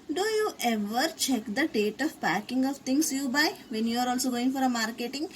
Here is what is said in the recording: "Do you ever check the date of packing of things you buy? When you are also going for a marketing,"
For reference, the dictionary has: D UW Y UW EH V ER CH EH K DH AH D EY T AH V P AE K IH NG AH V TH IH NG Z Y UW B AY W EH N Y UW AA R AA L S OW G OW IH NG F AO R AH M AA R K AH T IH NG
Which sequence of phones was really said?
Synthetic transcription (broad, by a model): D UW Y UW EH V ER CH EH K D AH D EY T AH V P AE K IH NG AH V T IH NG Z Y UW B AY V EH N Y UW AA R AA L S OW G OW IH NG F AO R AH M AA R K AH T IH NG